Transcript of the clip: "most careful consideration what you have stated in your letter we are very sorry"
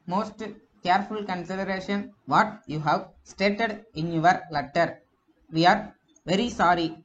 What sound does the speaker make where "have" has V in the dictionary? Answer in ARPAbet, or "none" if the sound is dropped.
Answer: V